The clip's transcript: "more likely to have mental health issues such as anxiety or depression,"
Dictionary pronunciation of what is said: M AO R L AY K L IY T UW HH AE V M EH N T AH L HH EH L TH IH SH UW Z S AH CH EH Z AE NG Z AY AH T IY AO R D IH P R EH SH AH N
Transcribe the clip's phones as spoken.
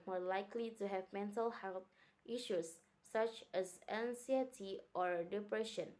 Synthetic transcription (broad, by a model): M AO L AY K L IY T UW HH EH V M EH N T AH L HH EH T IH SH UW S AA CH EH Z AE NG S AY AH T IY AO R D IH P R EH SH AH N